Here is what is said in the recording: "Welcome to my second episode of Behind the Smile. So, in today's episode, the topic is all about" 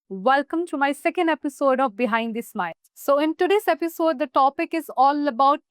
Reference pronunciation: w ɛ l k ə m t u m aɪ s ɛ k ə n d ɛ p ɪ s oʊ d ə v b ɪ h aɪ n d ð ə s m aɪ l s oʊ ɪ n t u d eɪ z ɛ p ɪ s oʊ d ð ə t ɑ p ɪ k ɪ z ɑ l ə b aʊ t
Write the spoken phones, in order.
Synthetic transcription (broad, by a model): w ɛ l k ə m t u m aɪ s ɛ k ə n d ɛ p ɪ s oʊ d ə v b ɪ h aɪ n d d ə s m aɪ n s oʊ ɪ n t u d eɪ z ɛ p ɪ s oʊ d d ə t ɑ p ɪ k ɪ z ɑ l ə b aʊ t